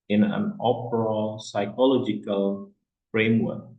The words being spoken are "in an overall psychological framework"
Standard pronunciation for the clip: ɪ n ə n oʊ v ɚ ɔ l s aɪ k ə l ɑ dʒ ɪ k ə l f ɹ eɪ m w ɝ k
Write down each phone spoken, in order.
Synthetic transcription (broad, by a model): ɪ n ə n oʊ p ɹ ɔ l s aɪ k ə l ɑ dʒ ɪ k ə l f ɹ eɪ m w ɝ k